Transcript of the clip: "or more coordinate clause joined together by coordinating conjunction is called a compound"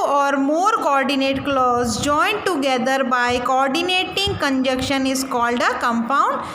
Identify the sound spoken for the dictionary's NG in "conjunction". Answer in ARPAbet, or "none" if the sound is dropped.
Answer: none